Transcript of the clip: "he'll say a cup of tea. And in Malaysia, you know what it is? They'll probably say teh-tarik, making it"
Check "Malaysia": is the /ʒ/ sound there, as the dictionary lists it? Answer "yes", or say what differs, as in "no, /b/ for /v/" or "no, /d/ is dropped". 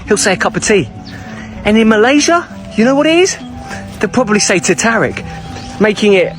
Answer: yes